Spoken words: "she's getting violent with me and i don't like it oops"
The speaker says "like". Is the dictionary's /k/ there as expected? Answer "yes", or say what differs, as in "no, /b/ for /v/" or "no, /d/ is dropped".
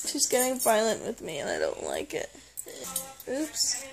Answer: yes